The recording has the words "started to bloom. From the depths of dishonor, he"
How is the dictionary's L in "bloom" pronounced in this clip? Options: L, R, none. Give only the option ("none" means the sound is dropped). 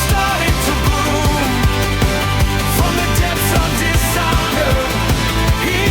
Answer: none